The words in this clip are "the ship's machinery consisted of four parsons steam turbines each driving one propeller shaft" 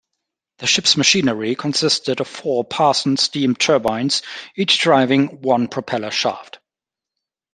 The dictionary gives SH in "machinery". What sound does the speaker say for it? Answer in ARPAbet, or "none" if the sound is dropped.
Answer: SH